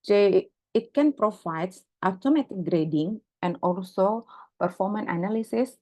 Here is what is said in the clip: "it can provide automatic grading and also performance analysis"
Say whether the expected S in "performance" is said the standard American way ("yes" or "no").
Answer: no